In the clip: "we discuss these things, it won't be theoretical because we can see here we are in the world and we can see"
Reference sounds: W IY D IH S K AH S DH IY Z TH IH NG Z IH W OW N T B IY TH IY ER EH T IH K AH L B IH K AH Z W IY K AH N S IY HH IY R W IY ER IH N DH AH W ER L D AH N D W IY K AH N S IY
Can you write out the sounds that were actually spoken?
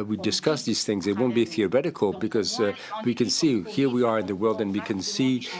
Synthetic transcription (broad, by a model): W IY D IH S K AH S DH IY Z TH IH NG Z IH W OW N B IY TH IY ER EH T IH K AH L B IH K AH Z W IY K AH N S IY HH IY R W IY ER IH N DH AH W ER L D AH N W IY K AH N S IY